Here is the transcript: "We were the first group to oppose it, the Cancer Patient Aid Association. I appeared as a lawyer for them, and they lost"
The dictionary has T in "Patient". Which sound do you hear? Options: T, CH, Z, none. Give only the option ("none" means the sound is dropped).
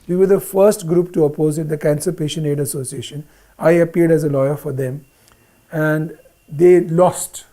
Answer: none